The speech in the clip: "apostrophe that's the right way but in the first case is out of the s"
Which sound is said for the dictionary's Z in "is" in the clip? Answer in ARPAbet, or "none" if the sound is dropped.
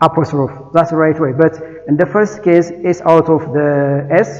S